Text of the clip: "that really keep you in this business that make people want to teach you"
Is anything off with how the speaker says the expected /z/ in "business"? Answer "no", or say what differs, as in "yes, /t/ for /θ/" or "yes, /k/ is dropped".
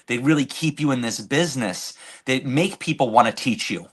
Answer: no